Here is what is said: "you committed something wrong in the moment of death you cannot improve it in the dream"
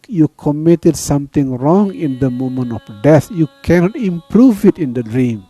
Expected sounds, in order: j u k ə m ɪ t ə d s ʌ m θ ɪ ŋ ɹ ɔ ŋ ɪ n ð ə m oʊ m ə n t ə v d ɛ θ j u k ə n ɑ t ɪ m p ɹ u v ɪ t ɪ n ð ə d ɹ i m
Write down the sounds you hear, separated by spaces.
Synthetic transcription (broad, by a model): j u k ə m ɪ t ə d s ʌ m t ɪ ŋ ɹ ɔ ŋ ɪ n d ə m oʊ m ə n ə f d ɛ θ j u k ə n ɑ t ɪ m p ɹ u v ɪ t ɪ n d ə d ɹ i m